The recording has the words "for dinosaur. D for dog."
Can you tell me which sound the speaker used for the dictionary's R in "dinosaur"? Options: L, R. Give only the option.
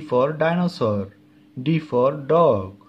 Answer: R